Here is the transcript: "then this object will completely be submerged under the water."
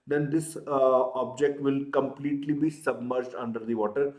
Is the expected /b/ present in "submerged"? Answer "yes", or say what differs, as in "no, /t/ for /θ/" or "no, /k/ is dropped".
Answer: yes